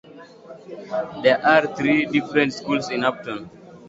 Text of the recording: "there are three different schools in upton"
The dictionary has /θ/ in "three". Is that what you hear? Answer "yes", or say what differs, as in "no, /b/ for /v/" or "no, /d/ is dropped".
no, /t/ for /θ/